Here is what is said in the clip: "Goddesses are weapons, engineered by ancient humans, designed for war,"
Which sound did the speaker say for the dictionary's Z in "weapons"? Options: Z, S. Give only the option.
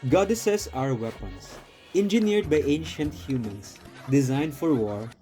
S